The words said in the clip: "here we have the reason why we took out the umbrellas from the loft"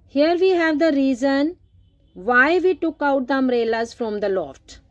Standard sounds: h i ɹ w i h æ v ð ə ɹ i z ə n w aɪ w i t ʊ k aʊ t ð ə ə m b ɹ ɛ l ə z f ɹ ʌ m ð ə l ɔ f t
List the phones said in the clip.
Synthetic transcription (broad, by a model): h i ɹ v i h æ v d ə ɹ i z ə n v aɪ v i t ʊ k aʊ t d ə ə m ɹ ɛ l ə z f ɹ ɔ m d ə l ɔ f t